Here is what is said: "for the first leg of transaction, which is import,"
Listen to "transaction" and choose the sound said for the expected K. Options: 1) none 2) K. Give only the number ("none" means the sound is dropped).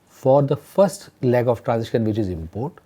1